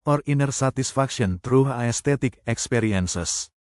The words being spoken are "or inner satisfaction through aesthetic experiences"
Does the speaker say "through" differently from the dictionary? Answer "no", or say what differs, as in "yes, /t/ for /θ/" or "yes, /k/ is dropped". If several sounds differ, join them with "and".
yes, /t/ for /θ/